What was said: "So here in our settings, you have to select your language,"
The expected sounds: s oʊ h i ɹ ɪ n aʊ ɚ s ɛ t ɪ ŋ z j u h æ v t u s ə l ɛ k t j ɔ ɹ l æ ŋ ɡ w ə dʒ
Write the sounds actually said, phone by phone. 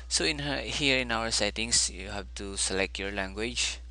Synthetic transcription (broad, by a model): s oʊ h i ɹ ɪ n aʊ ɚ s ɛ t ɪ ŋ s j u h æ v t u s ə l ɛ k t j ɔ ɹ l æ ŋ ɡ w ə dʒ